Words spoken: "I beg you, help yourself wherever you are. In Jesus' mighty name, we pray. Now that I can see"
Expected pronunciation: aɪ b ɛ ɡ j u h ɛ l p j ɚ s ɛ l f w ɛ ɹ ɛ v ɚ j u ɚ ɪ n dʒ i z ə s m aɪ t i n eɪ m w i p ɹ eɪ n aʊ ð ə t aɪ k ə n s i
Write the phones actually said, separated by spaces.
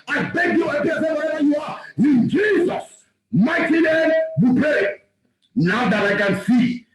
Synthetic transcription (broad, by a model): aɪ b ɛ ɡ j u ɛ p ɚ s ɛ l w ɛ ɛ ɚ j u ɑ ɪ n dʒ i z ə s m aɪ t i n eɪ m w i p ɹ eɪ n aʊ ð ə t aɪ k ə n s i